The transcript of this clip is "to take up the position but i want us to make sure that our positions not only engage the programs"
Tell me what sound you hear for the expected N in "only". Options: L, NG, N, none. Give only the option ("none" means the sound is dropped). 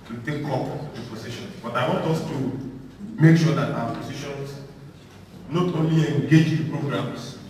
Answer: N